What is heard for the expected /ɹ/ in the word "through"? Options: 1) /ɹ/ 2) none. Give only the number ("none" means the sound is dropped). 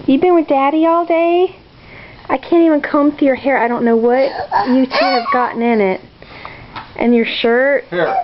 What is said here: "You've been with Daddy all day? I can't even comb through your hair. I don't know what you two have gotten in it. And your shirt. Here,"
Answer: 2